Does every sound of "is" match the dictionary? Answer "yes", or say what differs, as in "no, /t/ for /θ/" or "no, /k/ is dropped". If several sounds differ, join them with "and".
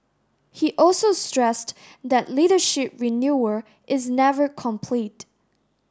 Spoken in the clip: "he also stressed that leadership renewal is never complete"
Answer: yes